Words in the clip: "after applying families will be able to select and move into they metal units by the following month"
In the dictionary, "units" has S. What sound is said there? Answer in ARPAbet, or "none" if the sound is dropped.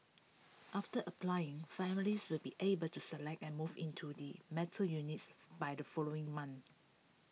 S